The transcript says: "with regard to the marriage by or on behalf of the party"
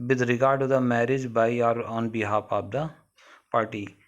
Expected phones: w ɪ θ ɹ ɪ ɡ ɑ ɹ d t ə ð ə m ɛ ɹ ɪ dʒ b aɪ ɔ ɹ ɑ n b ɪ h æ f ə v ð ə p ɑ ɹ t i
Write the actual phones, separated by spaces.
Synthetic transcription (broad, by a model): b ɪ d ɹ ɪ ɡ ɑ ɹ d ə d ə m ɛ ɹ ɪ dʒ b aɪ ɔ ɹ ɑ n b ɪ h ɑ p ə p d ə p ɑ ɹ t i